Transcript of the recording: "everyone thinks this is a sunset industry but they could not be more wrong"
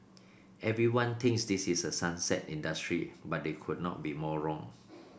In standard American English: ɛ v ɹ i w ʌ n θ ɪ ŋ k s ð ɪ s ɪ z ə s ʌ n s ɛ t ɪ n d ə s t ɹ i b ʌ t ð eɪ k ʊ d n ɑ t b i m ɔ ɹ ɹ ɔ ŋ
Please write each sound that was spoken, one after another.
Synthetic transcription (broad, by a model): ɛ v ɹ i w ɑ n t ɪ ŋ k s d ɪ s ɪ s ə s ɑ n s ɛ t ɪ n d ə s t ɹ i b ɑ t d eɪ k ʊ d n ɑ t b i m ɔ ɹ ɹ ɔ ŋ